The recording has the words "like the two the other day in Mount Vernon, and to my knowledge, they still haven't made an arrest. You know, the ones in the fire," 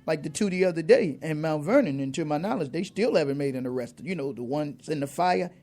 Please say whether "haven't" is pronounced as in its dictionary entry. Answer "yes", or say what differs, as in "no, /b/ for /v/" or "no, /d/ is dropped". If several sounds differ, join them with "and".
yes